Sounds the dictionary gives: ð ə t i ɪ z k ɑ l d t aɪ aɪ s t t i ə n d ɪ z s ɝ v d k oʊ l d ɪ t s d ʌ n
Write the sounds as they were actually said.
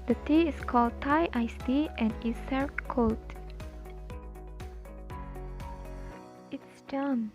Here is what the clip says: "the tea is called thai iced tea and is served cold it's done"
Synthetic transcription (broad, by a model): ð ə t i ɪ s k ɑ l d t aɪ aɪ s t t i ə n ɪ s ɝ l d k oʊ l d ɪ t s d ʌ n